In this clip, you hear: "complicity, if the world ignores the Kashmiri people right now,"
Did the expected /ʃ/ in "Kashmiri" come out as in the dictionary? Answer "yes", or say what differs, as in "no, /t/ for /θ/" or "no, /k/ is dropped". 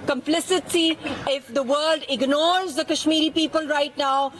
yes